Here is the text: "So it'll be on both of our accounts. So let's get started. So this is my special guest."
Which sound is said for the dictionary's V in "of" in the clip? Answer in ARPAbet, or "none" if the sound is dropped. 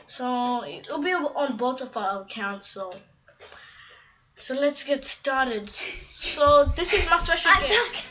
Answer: F